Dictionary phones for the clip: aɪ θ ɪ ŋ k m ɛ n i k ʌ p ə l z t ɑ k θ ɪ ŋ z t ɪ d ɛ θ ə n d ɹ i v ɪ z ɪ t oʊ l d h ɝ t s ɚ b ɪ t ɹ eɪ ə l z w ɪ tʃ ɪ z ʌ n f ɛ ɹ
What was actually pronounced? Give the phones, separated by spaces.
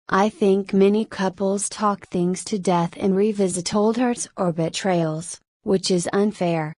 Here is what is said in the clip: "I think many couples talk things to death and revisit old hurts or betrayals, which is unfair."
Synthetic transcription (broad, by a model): aɪ θ ɪ ŋ k m ɛ n i k ʌ p l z t ɑ k θ ɪ ŋ z t ɪ d ɛ θ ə n ɹ i v ɪ z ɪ t oʊ l d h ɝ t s ɚ b ɪ t ɹ eɪ ə l z w ɪ tʃ ɪ z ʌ n f ɛ ɹ